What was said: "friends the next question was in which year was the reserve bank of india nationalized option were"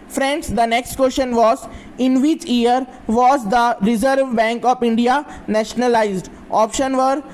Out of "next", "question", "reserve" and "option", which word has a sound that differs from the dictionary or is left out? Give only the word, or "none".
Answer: question